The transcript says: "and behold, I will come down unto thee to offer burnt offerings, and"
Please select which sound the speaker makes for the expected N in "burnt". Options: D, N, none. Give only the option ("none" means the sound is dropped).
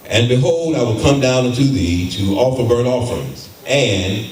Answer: none